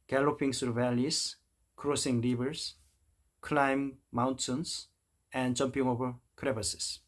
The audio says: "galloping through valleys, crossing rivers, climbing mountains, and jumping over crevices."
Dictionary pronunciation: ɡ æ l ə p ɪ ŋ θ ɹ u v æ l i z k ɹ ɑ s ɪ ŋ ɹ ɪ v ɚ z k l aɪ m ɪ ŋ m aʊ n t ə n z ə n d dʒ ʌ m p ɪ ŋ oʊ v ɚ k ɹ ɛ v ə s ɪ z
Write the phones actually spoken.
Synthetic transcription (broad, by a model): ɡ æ l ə p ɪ ŋ s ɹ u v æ l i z k ɹ ɑ s ɪ ŋ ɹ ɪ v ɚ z k l aɪ m m aʊ n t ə n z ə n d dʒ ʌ m p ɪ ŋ oʊ v ɚ k ɹ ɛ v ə s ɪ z